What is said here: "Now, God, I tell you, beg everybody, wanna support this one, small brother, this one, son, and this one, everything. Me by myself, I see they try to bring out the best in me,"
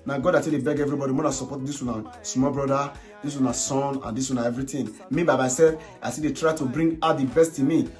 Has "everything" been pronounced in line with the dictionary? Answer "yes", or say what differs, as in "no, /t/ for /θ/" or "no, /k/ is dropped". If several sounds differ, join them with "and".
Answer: no, /t/ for /θ/